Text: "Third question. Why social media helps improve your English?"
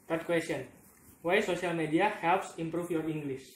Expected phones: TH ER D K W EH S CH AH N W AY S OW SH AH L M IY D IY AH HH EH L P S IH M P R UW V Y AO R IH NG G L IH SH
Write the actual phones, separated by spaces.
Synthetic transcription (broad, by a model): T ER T K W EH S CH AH N W AY S OW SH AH L M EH D IY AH HH EH L P S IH M P R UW F Y AO R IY NG G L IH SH